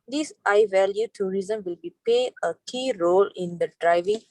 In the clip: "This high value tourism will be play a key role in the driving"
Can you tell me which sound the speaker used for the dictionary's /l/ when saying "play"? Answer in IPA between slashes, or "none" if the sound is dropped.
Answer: none